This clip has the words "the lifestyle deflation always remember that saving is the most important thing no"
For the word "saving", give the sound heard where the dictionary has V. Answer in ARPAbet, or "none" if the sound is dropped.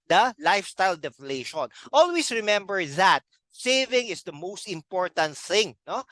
V